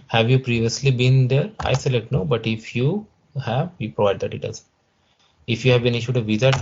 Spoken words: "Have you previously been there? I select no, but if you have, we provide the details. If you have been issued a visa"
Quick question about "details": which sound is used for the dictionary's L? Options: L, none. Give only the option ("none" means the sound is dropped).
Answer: none